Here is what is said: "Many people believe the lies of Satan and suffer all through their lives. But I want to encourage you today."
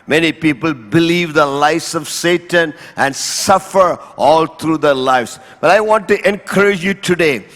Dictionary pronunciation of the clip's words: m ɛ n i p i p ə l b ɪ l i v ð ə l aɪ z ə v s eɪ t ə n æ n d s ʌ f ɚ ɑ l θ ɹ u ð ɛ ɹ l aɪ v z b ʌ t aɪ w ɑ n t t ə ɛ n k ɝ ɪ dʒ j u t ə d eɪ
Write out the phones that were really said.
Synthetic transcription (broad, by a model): m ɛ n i p i p ə l b ɪ l i v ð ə l aɪ s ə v s eɪ t ə n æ n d s ʌ f ɚ ɑ l t ɹ u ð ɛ ɹ l aɪ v s b ʌ t aɪ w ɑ n t t ɛ n k ɝ ɪ dʒ j u t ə d eɪ